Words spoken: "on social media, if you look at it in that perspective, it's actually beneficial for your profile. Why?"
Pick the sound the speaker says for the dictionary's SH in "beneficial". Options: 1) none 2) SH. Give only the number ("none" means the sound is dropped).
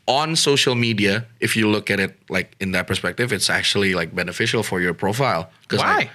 2